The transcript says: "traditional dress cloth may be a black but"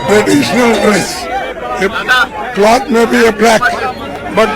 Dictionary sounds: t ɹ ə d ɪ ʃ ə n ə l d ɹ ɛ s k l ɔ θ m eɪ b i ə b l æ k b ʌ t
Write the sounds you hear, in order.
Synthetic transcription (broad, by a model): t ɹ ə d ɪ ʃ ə n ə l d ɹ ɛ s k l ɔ t m eɪ b i ə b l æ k b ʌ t